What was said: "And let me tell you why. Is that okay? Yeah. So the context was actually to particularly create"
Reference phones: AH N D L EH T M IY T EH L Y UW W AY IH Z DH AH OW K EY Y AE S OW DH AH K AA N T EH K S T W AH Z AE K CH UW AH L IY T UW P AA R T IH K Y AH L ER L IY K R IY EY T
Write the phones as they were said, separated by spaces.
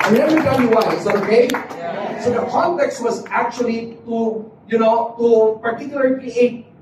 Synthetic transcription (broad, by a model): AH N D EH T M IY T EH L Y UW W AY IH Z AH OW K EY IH S OW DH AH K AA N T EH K S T W AH Z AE K CH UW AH N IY T UW P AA R T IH K Y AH L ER IY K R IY EY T